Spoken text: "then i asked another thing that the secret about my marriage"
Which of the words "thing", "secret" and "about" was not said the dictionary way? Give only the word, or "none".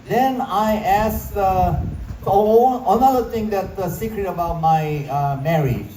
thing